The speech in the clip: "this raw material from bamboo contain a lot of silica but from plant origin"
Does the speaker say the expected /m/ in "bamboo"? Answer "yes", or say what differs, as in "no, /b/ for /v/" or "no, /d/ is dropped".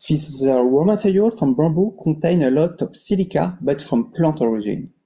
no, /m/ is dropped